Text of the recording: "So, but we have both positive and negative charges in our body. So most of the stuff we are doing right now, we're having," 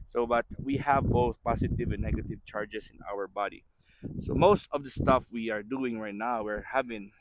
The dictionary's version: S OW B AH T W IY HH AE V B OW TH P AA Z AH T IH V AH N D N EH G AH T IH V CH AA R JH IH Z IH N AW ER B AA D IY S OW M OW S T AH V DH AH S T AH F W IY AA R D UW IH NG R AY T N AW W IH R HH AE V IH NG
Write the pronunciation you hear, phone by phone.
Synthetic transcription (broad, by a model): S OW B AH T W IY HH AE V B OW TH P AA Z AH T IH V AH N N EH G AH T IH V CH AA R JH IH S IH N AW ER B AA D IY S OW M OW S T AH V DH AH S T AH F W IY AA R D UW IH NG R AY T N AW W IH R HH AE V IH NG